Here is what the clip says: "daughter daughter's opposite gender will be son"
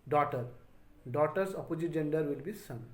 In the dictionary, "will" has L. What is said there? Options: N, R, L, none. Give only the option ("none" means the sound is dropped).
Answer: L